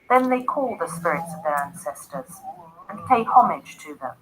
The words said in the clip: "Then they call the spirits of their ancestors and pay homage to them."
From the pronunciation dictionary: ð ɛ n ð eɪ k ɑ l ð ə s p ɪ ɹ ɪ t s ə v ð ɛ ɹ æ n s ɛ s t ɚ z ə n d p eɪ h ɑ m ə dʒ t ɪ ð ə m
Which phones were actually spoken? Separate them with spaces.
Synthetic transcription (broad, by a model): ð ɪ n ð eɪ k ɑ l ð ə s p ɪ ɹ ɪ t s ə v ð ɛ ɹ æ n s ɛ s t ɚ z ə n p eɪ h ɑ m ə dʒ t ɪ ð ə m